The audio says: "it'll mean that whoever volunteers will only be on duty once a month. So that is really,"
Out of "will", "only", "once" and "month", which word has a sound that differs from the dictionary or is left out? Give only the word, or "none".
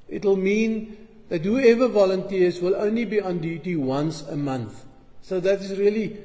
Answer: none